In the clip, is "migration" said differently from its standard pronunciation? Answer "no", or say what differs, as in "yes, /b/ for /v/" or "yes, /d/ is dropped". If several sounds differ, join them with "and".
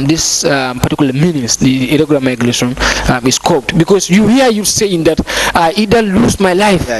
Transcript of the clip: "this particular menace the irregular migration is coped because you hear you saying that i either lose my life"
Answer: yes, /l/ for /ɹ/